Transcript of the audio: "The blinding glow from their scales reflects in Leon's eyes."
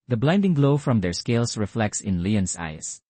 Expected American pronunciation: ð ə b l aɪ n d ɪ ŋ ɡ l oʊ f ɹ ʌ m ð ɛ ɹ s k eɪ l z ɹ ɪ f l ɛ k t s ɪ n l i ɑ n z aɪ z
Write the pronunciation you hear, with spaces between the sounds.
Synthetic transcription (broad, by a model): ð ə b l aɪ n d ɪ ŋ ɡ l oʊ f ɹ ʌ m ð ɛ ɹ s k eɪ l s ɹ ɪ f l ɛ k t s ɪ n l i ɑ n s aɪ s